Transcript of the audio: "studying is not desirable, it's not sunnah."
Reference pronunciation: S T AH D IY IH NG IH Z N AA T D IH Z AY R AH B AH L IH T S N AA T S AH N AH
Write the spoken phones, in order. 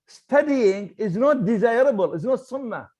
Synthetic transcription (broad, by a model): S T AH D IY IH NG IH Z N AA T D IH Z AY R AH B AH L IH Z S N AA T S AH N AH